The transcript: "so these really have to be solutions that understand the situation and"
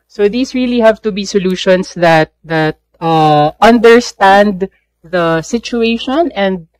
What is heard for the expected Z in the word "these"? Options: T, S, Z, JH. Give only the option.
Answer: S